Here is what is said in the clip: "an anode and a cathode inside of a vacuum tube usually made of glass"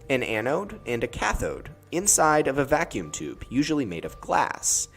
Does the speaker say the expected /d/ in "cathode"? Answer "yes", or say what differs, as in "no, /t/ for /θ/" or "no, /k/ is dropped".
yes